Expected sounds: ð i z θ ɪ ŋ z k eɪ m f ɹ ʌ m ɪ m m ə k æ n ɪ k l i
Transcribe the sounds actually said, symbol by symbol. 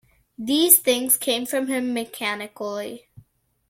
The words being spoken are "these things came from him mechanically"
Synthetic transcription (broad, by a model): ð i z θ ɪ ŋ z k eɪ m f ɹ ʌ m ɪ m m ə k æ n ɪ k l i